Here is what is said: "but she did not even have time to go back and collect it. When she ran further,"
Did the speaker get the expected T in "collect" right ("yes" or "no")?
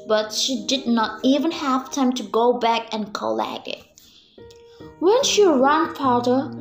no